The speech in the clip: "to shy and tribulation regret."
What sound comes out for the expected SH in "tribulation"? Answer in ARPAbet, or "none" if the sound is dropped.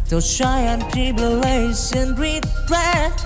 S